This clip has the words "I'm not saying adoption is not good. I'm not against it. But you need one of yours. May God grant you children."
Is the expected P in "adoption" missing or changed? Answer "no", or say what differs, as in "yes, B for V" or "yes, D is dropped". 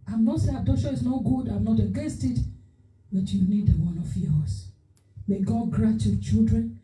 yes, P is dropped